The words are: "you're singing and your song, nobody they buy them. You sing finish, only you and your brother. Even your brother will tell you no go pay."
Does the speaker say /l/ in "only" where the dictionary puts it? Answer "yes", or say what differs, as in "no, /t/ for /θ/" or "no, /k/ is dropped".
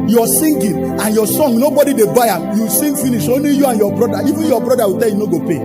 no, /l/ is dropped